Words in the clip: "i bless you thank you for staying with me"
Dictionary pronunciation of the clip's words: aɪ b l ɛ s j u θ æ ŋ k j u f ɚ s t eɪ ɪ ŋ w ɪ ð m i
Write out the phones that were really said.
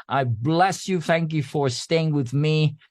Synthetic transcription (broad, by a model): aɪ b l ɛ s j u θ æ ŋ k j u f ɚ s t eɪ ɪ ŋ w ɪ ð m i